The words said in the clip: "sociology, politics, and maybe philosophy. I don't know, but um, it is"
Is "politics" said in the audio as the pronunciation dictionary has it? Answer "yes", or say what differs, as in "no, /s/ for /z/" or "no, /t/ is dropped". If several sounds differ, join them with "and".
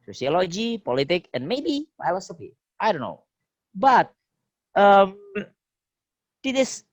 no, /s/ is dropped